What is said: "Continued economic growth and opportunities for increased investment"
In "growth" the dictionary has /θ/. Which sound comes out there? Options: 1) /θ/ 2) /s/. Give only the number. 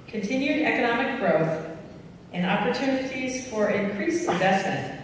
1